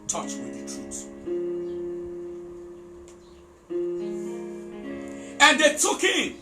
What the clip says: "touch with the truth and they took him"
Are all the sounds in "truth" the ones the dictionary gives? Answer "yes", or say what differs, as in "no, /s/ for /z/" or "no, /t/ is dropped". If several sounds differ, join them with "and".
no, /s/ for /θ/